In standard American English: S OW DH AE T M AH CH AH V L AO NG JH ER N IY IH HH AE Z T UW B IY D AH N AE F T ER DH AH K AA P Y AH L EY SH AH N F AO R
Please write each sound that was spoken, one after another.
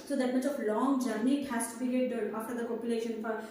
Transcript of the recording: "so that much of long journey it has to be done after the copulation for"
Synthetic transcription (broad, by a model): S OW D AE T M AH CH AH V L AO NG JH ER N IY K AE S T UW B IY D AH AE F T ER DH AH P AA P Y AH L EY SH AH N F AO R